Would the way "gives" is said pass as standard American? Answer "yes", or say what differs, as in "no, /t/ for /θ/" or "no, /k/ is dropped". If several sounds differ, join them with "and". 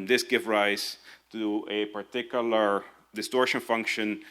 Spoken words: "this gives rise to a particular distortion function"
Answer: no, /z/ is dropped